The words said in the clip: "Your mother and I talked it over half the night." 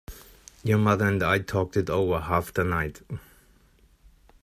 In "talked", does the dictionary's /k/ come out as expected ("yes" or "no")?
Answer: yes